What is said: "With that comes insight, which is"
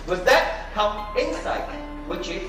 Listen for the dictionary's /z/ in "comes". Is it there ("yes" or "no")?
no